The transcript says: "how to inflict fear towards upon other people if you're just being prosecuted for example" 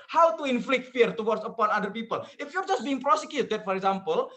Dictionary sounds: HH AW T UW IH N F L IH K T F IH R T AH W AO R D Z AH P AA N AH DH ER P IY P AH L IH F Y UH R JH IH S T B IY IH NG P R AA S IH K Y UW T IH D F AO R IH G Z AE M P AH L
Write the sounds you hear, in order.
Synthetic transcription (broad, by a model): HH AW T UW IH N F L IH K T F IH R T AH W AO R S AH P AA N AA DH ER P IY P AH L IH F Y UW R JH IH S T B IY IH NG P R AA S IH K Y UW T IH D F AO R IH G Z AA M P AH L